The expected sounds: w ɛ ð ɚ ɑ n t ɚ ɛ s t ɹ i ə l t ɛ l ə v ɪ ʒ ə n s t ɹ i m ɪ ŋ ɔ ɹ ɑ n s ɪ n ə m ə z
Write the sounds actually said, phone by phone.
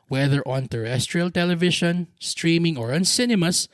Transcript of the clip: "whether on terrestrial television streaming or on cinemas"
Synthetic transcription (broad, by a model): w ɛ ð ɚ ɑ n t ɚ ɛ s t ɹ i ə l t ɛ l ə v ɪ ʃ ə n s t ɹ i m ɪ ŋ ɔ ɹ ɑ n s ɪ n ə m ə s